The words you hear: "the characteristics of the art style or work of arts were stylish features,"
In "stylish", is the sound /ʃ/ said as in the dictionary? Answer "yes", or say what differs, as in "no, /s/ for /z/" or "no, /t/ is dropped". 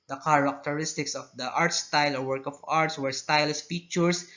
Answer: no, /s/ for /ʃ/